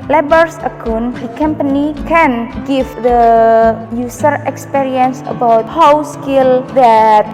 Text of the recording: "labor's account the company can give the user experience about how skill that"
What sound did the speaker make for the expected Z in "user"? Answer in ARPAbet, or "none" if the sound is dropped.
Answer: S